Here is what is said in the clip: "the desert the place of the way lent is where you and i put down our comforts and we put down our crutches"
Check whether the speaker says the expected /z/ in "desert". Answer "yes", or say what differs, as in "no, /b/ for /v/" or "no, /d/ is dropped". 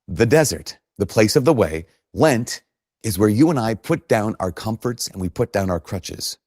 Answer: yes